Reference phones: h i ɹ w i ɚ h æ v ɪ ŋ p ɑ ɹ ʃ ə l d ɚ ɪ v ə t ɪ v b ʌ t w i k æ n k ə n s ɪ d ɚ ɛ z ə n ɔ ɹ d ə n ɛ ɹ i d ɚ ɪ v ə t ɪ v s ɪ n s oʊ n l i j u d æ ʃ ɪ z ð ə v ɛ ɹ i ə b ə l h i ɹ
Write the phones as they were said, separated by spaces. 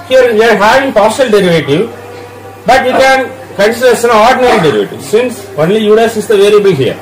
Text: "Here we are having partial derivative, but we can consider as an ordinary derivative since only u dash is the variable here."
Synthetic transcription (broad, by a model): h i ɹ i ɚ h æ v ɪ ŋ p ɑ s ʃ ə l d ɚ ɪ v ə t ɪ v b ʌ t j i k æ n k ə n s ɪ d ɚ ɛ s ə n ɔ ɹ d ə n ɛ ɹ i d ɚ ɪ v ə t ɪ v s ɪ n s oʊ n l i j u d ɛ s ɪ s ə v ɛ l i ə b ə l h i ɹ